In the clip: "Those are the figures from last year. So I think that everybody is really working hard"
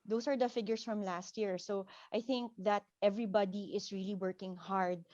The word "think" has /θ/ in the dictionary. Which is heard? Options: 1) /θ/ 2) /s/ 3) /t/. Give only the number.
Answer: 1